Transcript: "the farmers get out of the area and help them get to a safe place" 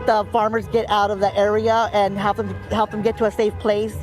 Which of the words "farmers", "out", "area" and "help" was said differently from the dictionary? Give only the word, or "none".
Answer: none